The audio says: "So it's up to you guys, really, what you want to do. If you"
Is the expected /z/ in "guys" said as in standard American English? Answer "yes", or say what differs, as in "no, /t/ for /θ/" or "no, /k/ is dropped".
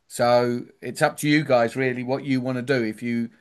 yes